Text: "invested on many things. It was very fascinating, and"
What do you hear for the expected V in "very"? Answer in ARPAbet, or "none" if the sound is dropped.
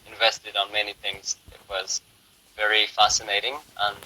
V